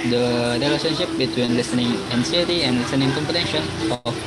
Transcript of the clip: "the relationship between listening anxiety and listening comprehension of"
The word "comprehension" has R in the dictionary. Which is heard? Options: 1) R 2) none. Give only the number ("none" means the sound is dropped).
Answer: 2